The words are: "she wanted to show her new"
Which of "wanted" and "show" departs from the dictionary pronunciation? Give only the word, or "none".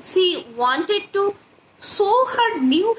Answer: show